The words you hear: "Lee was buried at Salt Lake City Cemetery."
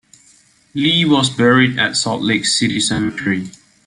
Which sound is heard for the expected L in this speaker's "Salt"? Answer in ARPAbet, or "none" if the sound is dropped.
none